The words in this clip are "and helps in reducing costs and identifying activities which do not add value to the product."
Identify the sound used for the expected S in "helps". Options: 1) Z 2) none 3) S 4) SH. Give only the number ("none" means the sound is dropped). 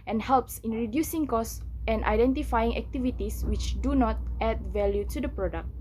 3